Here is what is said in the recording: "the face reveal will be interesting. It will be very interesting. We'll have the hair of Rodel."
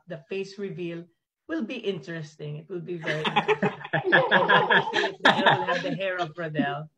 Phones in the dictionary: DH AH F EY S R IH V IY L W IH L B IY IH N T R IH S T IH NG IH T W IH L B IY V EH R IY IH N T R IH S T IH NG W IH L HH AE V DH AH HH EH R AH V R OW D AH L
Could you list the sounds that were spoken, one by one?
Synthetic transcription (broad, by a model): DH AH F EY S R IH V IY L W IH L B IY IH N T R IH S T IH NG IH T W IH L B IY V EH R IY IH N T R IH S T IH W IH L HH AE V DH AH HH EH R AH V R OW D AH L